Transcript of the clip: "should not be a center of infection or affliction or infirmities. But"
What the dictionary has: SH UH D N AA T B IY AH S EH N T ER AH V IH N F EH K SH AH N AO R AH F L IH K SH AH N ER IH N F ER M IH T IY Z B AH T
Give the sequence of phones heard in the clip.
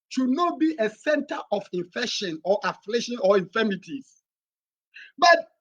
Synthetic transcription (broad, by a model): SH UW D N AA T B IY AH S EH N T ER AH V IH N F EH K SH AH N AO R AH F L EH SH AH N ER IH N F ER M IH T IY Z B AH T